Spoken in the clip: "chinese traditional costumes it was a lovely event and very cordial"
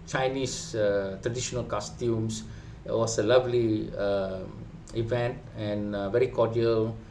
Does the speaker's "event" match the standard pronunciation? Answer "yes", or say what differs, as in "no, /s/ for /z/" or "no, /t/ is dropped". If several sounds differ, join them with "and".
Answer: yes